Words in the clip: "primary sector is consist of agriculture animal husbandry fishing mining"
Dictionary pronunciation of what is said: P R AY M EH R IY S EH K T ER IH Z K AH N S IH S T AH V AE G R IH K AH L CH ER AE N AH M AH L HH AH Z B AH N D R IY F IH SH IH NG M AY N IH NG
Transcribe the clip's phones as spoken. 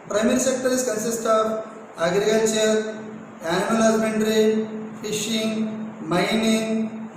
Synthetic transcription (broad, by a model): P R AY M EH R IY S EH K T ER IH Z K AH N S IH S T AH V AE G R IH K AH L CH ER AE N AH AH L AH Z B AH N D R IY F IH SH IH NG M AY N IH NG